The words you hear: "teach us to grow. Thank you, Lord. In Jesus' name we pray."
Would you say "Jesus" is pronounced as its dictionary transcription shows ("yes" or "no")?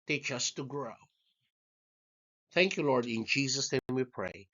yes